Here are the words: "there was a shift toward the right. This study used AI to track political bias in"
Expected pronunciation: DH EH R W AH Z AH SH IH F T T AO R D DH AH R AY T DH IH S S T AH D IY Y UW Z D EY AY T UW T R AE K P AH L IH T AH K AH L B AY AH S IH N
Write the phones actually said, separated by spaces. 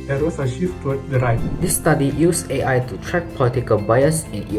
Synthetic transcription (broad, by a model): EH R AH S AH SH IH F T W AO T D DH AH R AY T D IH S S T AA D IY Y UW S EY AY T UW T R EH K P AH L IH T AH K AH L B AY AH S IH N